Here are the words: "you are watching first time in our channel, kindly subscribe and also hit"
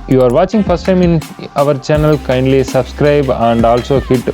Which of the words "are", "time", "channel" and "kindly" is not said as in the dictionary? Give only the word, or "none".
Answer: none